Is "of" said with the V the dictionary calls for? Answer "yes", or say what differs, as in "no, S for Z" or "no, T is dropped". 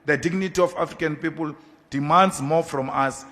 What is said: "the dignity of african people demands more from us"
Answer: no, F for V